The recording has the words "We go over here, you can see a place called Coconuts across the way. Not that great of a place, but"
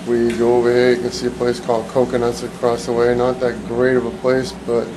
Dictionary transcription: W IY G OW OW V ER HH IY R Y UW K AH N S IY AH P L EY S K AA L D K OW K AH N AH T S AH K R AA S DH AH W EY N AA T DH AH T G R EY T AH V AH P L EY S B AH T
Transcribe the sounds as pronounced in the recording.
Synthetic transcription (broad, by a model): W IY G OW OW V ER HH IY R Y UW K AH N S IY AH P L EY S K AA L D K OW K AH N AH T S AH K R AA S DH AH W EY N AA T DH AH T G R EY T AH V AH P L EY S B AH T